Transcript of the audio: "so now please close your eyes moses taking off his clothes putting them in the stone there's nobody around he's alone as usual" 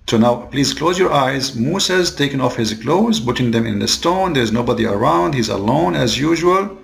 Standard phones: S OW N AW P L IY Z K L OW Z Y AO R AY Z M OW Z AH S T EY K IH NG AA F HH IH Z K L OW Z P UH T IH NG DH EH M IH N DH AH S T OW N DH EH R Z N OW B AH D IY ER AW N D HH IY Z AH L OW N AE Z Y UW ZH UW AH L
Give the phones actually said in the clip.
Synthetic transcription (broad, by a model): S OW N AW P L IY Z K L OW Z Y AO R AY Z M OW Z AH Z T EY K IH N AA F HH IH Z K L OW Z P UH T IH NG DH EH M IH N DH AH S T OW N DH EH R Z N OW B AH D IY ER AW N D HH IY Z AH L OW N AE Z Y UW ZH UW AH L